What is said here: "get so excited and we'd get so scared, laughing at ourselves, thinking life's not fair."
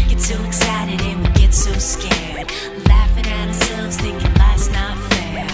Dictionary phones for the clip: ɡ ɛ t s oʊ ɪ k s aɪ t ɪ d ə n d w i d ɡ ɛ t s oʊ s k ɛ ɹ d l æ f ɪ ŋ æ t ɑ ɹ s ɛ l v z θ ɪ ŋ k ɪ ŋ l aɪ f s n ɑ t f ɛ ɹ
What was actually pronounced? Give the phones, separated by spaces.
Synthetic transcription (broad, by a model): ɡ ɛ t s oʊ ɪ k s aɪ t ɪ d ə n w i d ɡ ɛ t s oʊ s k ɛ ɹ d l æ f ɪ ŋ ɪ t ɑ ɹ s ɛ l v z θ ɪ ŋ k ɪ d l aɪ s n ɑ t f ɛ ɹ